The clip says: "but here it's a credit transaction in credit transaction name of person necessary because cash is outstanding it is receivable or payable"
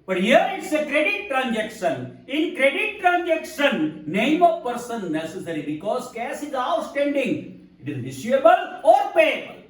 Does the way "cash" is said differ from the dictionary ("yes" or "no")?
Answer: yes